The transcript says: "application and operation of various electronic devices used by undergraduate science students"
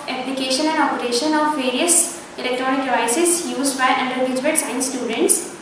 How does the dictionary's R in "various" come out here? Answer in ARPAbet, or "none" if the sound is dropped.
R